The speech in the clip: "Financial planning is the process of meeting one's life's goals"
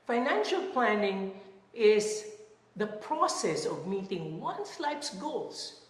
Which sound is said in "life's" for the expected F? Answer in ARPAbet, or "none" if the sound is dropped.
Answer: P